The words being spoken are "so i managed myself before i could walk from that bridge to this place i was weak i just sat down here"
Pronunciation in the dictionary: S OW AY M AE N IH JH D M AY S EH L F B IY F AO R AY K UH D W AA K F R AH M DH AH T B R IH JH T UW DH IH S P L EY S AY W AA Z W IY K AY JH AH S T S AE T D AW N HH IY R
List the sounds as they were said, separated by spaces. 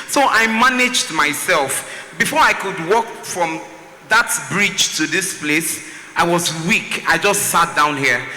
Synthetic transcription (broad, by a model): S OW AY M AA N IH JH D M AY S EH L F B IY F AO R AY K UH D W AA K F R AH M DH AH T B R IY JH T UW DH IH S P L EY S AY W AA Z W IY K AY JH AH S T S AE T D AW N HH IY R